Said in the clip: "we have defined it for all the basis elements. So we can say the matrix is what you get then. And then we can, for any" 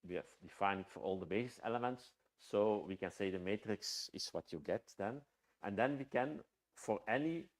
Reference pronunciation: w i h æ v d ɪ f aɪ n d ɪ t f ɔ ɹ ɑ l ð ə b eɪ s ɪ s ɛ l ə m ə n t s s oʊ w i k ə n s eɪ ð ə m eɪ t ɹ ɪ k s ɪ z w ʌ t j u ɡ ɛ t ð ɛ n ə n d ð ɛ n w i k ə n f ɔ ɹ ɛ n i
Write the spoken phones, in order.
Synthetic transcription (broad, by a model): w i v d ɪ f aɪ n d ɪ t f ɔ ɹ ɑ l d ə b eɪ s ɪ s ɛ l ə m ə n t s s oʊ w i k ə n s eɪ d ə m eɪ t ɹ ɪ k s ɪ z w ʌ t j u ɡ ɛ t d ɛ n ə n d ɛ n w i k ə n f ɔ ɹ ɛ n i